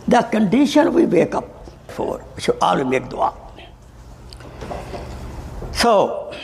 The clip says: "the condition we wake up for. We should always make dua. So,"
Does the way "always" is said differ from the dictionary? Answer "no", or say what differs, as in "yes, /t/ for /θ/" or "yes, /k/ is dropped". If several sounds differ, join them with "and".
yes, /z/ is dropped